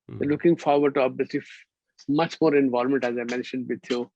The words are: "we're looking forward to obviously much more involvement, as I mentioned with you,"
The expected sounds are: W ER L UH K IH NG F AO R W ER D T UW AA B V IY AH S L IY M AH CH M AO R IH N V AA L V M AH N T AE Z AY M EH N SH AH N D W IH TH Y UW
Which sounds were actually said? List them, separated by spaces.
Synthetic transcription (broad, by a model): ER L UH K IH NG F AO R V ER D T UW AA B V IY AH S L IY M AH CH M AO R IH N V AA L M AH N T AE Z AY M EH N SH AH N D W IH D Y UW